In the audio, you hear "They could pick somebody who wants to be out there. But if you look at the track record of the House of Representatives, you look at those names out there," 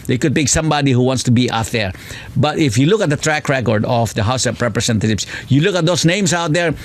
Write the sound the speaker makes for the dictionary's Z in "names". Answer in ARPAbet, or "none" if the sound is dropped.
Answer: S